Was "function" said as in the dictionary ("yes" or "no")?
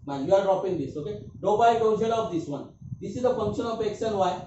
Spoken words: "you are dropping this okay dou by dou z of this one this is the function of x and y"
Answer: no